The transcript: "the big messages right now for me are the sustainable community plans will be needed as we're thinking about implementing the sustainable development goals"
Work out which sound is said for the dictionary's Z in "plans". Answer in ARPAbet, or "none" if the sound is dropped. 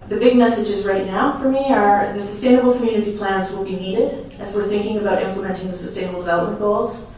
Z